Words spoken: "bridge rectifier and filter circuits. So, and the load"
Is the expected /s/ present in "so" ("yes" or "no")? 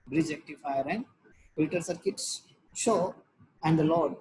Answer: no